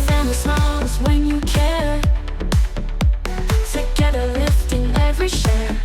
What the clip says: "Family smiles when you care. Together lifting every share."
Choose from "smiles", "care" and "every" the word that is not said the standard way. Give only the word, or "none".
smiles